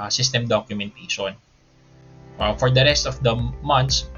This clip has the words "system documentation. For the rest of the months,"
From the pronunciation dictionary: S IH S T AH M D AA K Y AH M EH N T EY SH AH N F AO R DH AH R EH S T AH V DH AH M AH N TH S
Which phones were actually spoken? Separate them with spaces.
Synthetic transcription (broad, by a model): S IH S T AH M D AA K Y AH M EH N T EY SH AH N F AO R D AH R EH S T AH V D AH M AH N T S